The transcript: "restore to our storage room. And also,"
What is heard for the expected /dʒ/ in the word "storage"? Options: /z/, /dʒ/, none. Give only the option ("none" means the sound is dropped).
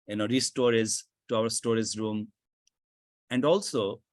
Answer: /z/